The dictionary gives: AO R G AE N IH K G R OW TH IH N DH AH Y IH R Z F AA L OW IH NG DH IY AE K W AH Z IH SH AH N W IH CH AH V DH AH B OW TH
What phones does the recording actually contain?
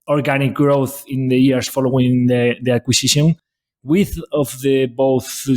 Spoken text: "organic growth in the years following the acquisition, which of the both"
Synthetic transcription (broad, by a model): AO R G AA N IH K G R OW TH IH N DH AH Y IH R S F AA L OW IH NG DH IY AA K W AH S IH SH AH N W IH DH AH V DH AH B OW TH